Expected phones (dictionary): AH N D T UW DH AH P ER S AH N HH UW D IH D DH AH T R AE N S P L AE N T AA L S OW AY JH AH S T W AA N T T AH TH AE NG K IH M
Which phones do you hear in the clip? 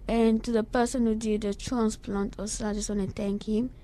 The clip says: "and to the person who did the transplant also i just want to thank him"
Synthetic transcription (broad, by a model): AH N T UW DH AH P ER S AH N HH UW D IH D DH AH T R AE N S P L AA N T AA S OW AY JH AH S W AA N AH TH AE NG K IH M